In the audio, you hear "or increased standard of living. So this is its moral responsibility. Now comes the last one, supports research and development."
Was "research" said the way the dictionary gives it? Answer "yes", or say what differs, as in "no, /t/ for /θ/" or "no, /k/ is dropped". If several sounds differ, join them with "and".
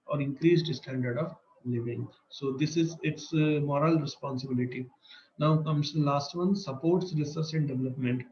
no, /s/ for /tʃ/